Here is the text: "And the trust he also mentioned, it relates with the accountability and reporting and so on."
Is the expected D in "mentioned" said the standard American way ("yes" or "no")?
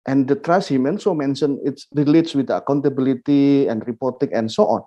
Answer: no